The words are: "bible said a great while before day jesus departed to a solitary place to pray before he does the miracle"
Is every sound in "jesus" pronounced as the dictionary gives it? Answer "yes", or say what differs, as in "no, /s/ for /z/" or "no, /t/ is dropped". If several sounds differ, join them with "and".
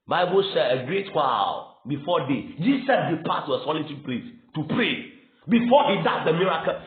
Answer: no, /s/ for /z/